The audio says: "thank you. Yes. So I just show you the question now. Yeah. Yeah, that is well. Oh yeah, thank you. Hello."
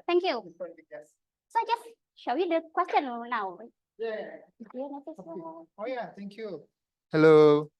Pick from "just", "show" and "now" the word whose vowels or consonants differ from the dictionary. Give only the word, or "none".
none